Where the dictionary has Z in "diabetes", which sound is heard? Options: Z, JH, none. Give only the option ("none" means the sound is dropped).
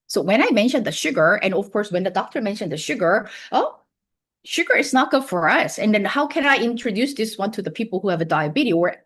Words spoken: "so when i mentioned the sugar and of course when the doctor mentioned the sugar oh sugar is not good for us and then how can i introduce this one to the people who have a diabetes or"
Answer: none